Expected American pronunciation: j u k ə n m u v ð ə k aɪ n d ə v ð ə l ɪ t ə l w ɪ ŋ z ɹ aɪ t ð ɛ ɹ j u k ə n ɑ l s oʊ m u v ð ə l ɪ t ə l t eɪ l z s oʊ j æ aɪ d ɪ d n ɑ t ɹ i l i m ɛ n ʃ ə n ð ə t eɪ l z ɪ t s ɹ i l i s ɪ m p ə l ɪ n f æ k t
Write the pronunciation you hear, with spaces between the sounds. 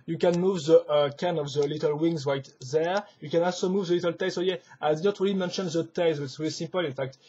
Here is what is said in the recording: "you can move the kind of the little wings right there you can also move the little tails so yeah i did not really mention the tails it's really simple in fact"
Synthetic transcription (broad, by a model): j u k ə n m u v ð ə k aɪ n ə v ð ə l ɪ t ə l w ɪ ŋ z ɹ aɪ t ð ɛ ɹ j u k ə n ɑ l s oʊ m u v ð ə l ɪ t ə l t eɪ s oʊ j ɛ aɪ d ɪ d n ɑ t ɹ i l i m ɛ n ʃ ə n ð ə t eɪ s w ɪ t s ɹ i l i s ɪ m p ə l ɪ n f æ k t